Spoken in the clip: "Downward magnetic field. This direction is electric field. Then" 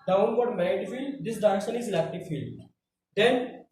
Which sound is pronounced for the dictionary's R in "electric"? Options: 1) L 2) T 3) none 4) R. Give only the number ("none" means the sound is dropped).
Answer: 3